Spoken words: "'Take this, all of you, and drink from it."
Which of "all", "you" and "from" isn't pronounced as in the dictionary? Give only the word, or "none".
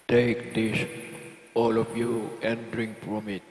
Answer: from